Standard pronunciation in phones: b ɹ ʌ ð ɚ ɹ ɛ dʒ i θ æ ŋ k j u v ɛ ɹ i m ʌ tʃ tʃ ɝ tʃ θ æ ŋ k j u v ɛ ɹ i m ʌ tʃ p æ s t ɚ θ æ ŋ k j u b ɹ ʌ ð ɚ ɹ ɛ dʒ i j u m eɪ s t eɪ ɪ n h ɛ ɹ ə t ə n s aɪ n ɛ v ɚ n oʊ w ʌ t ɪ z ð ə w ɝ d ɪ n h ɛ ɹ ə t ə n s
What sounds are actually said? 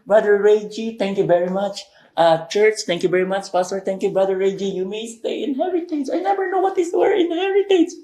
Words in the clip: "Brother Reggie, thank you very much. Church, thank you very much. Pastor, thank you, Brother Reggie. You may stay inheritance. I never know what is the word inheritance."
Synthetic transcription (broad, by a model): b ɹ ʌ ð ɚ ɹ ɛ dʒ i t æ ŋ k j u v ɛ ɹ i m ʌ tʃ tʃ ɝ tʃ t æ ŋ k j u v ɛ ɹ i m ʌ tʃ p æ s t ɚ t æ ŋ k j u b ɹ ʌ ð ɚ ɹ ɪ dʒ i j u m eɪ s t eɪ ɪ n h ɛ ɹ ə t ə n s aɪ n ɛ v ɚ n oʊ w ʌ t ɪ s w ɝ ɪ n h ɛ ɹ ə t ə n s